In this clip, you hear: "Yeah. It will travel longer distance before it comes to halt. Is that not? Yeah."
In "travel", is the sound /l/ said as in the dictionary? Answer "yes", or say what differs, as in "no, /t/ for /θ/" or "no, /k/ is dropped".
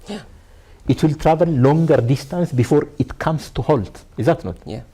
no, /n/ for /l/